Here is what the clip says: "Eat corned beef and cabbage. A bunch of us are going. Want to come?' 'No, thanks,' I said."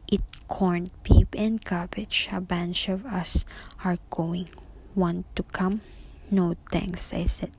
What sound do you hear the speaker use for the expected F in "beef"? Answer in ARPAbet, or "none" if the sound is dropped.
P